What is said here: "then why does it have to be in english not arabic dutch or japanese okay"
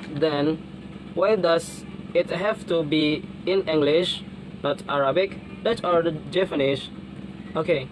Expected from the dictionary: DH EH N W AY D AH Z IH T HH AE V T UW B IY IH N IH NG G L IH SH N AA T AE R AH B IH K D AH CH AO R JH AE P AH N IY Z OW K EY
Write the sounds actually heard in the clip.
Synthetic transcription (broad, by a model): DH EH N W AY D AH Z IH T HH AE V T UW B IY IH N IH NG G L IH SH N AA T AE R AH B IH K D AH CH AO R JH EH F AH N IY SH OW K EY